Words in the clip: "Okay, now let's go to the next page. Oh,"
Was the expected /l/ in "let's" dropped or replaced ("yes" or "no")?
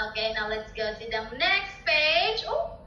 no